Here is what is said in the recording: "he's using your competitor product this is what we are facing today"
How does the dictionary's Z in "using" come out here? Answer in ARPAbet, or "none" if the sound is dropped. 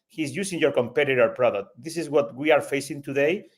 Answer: S